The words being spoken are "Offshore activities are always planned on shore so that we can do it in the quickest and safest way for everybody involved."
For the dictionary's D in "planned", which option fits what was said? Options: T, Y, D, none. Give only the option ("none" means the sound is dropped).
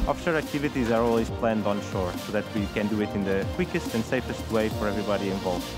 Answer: D